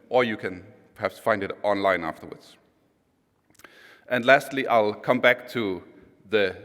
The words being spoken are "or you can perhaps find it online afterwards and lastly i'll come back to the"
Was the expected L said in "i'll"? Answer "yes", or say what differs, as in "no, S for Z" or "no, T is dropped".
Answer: yes